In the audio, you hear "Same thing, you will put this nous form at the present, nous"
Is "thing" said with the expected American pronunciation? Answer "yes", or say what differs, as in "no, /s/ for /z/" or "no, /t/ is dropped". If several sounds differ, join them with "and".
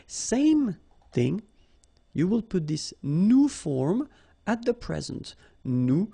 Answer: yes